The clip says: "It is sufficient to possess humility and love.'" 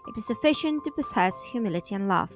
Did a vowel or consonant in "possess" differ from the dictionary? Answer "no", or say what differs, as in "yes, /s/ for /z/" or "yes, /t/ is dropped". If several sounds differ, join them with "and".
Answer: yes, /s/ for /z/